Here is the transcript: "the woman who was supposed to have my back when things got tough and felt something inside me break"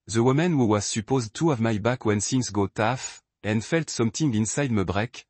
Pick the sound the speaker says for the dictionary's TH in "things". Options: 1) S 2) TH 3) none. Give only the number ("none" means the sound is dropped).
1